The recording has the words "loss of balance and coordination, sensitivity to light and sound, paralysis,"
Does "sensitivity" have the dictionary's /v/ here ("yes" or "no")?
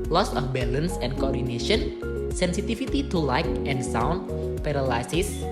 no